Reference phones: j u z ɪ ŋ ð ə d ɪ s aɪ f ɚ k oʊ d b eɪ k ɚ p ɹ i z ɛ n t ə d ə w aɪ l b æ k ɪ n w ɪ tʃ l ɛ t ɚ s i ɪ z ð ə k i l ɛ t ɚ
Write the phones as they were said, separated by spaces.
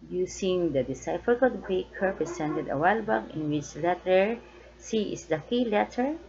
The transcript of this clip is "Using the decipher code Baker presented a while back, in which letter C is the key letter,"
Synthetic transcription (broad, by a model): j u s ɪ ŋ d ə d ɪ s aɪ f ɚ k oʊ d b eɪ k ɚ p ɹ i s ɛ n t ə d ə w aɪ l b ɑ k ɪ n w ɪ tʃ l ɛ t ɚ s i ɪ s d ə k i l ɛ t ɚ